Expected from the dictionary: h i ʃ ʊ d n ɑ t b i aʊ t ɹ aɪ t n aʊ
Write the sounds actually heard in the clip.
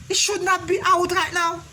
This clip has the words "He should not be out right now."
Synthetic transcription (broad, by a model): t ʃ ʊ d n ɑ t b i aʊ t ɹ aɪ t n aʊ